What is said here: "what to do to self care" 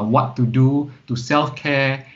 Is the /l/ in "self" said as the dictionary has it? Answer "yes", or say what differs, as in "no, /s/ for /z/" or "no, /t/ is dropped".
yes